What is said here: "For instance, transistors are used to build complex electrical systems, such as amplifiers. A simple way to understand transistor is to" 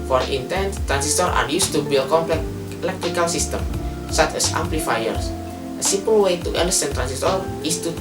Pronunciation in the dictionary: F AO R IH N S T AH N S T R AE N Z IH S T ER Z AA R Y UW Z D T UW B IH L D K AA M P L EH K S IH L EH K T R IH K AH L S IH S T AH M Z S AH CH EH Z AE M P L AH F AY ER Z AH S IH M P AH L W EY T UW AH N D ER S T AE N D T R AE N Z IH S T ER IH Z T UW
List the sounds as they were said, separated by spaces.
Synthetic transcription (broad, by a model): F AO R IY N T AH N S T R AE N S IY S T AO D AA R Y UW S T UW B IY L K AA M P L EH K IH L EH K T R IH K AH L S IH S T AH M S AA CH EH S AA M P L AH F AY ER S AH S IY M P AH L W EY T UW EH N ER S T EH N T R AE N S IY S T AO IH S T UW